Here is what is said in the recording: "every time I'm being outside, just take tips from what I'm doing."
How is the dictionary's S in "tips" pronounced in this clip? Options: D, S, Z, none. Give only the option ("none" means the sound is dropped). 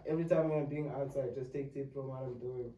none